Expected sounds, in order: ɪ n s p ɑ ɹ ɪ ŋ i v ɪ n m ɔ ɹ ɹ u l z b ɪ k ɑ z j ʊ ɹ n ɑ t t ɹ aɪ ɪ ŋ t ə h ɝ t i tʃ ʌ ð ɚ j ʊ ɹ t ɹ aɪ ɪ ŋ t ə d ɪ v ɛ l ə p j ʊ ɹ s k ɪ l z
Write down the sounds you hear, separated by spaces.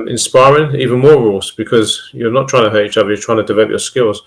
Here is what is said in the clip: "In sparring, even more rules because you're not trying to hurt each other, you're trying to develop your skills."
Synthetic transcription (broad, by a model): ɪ n s p ɑ ɹ ɪ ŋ i v ɪ n m ɔ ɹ ɹ u l z b ɪ k ɑ z j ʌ n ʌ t t ɹ aɪ ɪ ŋ t ə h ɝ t i tʃ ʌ ð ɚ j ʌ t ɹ aɪ ɪ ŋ t ə d ɪ v ɛ l ə p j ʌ s k ɪ l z